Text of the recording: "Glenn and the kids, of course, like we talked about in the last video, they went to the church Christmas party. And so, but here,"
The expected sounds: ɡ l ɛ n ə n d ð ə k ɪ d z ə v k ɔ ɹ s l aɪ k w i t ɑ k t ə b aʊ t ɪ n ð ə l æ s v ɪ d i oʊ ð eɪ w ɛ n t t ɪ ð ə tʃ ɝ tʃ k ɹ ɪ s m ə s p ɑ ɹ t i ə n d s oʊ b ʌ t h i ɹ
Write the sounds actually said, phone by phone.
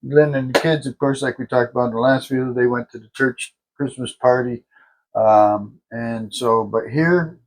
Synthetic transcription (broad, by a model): l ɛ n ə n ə k ɪ d z ə v k ɔ ɹ s l aɪ k w i t ɑ k t ə b aʊ t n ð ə l æ s f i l ð eɪ w ɛ n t t ɪ ð ə tʃ ɝ tʃ k ɹ ɪ s m ə s p ɑ ɹ t i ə n s oʊ b ʌ t h i ɹ